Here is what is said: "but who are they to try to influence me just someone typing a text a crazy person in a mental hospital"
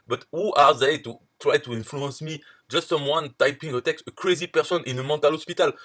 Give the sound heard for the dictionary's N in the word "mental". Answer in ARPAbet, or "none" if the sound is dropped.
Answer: none